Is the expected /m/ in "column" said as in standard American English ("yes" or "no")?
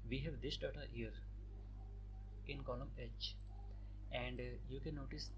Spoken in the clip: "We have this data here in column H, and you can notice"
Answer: yes